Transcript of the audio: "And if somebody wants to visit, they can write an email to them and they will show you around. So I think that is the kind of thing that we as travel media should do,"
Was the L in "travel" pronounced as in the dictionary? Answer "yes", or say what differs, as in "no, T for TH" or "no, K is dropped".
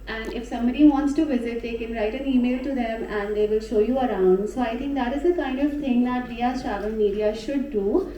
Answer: no, N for L